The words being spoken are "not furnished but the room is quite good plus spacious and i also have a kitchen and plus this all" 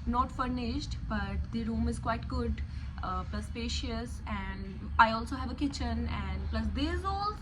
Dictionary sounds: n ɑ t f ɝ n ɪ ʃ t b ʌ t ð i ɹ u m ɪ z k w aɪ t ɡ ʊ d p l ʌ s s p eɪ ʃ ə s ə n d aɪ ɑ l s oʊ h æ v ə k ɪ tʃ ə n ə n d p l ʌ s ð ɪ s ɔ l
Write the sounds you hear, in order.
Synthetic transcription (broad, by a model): n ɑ t f ɝ n ɪ ʃ t b ʌ t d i ɹ u m ɪ z k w aɪ t ɡ ʊ d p l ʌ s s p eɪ ʃ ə s ə n d aɪ ɑ l s oʊ h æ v ə k ɪ tʃ ə n ə n d p l ʌ s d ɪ ɔ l